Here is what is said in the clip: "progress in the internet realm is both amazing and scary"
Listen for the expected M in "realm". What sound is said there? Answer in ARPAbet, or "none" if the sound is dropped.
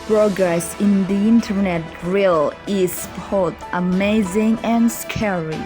none